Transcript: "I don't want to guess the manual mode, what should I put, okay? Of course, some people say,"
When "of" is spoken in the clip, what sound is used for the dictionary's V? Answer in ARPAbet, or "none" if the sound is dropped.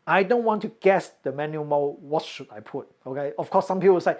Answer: F